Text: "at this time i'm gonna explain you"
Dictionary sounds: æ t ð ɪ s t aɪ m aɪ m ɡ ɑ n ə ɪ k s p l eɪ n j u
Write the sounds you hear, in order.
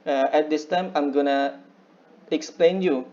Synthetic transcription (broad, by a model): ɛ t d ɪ s t aɪ m aɪ m ɡ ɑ n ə ɪ k s p l eɪ n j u